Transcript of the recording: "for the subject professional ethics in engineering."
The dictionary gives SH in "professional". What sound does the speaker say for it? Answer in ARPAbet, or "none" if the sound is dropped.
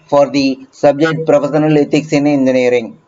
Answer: S